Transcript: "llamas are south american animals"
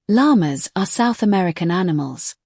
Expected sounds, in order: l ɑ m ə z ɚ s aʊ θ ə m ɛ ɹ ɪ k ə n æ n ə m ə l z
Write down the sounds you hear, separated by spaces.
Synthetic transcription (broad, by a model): l ɑ m ə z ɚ s aʊ θ ə m ɛ ɹ ɪ k ə n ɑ n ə m ə l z